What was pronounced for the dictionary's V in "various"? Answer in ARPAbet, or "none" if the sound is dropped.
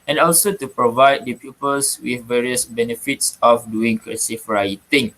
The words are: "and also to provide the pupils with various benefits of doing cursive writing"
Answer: V